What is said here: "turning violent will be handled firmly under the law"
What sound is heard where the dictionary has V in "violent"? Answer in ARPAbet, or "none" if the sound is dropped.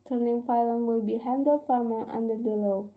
P